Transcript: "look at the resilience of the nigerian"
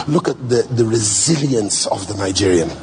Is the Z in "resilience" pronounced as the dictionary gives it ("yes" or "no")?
yes